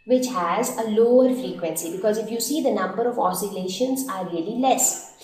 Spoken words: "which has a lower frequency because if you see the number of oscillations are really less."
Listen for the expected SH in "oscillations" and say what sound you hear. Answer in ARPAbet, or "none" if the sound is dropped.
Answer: SH